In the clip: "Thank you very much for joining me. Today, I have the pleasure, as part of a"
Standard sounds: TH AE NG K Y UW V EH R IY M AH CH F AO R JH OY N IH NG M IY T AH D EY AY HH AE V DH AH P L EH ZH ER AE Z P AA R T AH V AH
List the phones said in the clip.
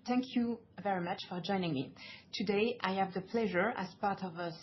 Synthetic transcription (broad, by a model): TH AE NG K Y UW V EH R IY M AH CH F AO R JH OY N IH NG M IY T AH D EY AY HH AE V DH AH P L EH ZH ER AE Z P AA R T AH V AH